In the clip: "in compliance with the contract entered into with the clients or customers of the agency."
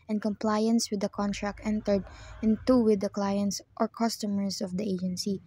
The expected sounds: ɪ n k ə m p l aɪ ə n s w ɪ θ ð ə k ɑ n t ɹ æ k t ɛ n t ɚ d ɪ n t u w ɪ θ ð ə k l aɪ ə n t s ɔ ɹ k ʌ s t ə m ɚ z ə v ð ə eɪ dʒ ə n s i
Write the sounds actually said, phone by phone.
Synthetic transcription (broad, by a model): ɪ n k ə m p l aɪ ə n s w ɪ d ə k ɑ n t ɹ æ k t ɛ n t ɚ d ɪ n t u w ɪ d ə k l aɪ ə n t s ɔ ɹ k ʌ s t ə m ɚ s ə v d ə eɪ dʒ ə n s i